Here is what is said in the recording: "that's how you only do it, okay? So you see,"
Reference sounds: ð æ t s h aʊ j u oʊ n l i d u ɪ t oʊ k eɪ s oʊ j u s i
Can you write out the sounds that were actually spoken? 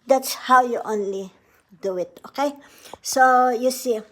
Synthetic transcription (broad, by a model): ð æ t s h aʊ j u oʊ n l i d u ɪ t oʊ k eɪ s oʊ j u s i